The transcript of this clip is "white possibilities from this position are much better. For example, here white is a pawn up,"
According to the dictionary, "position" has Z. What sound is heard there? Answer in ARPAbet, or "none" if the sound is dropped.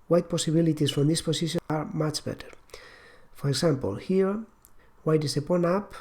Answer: S